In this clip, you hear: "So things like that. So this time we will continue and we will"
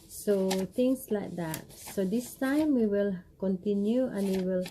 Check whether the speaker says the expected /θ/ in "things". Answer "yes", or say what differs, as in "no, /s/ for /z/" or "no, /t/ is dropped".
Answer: no, /t/ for /θ/